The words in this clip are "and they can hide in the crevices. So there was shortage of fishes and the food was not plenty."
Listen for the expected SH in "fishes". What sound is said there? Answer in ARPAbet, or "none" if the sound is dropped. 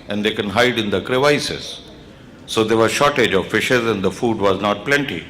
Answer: SH